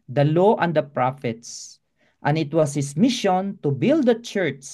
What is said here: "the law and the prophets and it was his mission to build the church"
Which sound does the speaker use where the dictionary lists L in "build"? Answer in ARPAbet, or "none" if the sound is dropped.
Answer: L